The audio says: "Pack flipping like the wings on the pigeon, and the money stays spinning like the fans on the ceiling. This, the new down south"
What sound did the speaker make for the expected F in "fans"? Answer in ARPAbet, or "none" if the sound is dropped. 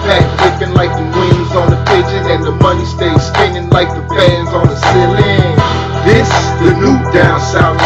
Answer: P